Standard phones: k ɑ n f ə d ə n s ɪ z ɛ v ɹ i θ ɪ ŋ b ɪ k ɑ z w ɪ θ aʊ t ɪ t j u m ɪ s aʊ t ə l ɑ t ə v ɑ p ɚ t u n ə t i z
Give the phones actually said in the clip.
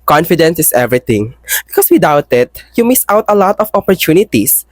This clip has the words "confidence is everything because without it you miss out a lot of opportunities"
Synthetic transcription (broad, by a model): k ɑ n f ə d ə n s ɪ s ɛ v ɹ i t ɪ ŋ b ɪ k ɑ s w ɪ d aʊ t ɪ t j u m ɪ s aʊ t ə l ɑ t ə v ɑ p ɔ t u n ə t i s